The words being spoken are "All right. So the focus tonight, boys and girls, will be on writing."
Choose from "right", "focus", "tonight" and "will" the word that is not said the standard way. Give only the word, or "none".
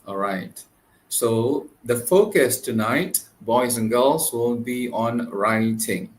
will